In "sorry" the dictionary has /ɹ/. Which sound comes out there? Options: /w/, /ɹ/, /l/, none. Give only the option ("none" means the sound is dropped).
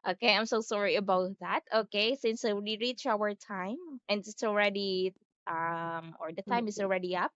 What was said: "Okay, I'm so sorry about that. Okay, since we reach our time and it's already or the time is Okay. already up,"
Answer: /ɹ/